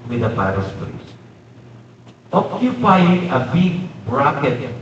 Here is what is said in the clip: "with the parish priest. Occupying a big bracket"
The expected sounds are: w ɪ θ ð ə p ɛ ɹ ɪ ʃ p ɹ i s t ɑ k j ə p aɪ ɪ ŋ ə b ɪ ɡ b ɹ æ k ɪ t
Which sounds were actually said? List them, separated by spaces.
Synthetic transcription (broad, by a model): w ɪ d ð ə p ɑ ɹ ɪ s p l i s t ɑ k j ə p aɪ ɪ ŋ ə b ɪ ɡ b ɹ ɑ k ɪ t